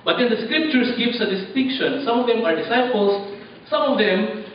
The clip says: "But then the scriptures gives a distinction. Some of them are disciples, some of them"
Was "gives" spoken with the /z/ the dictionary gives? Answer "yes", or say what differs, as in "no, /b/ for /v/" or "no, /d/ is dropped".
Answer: no, /s/ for /z/